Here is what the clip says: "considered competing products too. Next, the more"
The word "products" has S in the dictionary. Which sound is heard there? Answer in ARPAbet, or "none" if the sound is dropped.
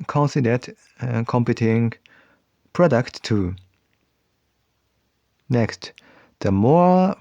none